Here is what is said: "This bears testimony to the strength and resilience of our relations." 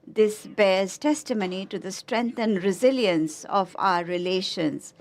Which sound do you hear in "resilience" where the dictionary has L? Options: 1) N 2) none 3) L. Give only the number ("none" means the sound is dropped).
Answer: 3